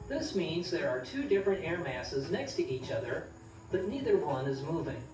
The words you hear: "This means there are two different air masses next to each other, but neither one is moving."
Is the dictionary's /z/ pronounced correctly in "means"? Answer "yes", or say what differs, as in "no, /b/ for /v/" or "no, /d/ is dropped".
yes